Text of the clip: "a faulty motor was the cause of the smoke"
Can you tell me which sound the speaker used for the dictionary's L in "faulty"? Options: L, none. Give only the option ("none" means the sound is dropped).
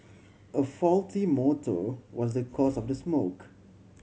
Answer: L